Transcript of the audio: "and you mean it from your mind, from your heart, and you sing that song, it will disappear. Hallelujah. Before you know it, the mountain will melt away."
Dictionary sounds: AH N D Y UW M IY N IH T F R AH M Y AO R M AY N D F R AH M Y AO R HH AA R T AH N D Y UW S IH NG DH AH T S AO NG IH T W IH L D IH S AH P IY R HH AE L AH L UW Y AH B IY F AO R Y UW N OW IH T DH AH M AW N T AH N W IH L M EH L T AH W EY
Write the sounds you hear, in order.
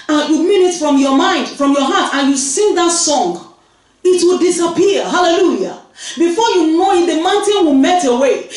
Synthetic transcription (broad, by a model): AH Y UW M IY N IH T F R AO M Y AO M AY N D F R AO M Y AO HH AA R T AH N Y UW S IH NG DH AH T S AO NG IH T W IH L D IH S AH P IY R HH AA L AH L UW Y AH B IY F AO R Y UW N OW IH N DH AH M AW N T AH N W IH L M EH T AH W EY